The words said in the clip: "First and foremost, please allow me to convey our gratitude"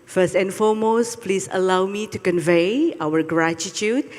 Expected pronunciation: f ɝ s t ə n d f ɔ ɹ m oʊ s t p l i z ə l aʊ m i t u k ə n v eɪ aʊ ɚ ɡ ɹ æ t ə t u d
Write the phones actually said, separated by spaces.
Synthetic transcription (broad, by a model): f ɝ s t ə n f ɔ m oʊ s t p l i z ə l aʊ m i t u k ə n v eɪ aʊ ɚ ɡ ɹ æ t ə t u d